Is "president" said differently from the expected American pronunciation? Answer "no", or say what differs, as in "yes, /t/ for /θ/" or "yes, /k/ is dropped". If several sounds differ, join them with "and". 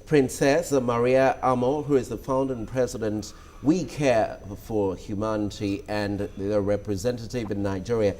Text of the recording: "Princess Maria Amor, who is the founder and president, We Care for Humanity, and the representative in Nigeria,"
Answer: no